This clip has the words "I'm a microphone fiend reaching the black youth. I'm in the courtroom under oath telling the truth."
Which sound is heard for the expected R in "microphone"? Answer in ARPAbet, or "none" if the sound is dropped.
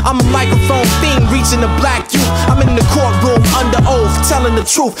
none